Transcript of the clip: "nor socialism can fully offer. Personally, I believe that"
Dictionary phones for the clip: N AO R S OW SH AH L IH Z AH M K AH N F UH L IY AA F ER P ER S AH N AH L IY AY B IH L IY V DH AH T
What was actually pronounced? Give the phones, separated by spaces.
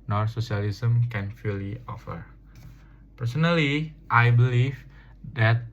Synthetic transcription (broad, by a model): N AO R S OW S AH L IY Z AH M K AH N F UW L IY AA F ER P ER S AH N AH L IY AY B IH L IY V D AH T